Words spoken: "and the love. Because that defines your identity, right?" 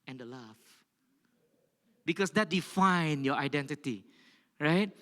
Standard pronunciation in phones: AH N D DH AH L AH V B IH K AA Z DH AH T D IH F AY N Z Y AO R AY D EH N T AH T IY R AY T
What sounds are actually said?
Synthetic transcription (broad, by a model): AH N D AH L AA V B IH K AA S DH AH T D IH F AY N Y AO AY D EH N T AH T IY R AY T